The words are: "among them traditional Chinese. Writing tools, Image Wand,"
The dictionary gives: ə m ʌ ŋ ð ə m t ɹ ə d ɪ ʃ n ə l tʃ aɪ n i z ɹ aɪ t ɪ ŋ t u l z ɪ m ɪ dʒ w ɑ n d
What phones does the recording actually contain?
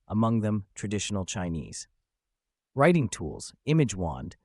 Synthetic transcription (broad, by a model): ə m ʌ ŋ ð ə m t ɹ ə d ɪ ʃ n l tʃ aɪ n i z ɹ aɪ t ɪ ŋ t u l z ɪ m ɪ dʒ w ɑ n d